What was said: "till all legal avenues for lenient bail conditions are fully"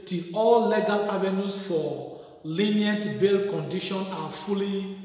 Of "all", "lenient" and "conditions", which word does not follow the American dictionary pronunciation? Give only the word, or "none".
conditions